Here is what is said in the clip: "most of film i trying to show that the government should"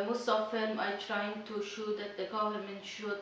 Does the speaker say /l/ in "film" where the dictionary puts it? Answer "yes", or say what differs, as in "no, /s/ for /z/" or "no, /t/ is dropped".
no, /l/ is dropped